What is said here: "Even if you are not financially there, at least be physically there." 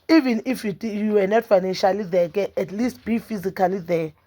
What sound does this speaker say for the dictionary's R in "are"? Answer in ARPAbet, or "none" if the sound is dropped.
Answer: W